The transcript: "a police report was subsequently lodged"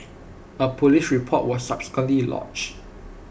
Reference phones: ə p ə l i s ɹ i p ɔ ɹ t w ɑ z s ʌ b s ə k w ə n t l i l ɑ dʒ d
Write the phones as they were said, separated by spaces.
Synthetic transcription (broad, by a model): ə p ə l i ʃ ɹ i p ɔ t w ɑ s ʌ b s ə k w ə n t l i l ɑ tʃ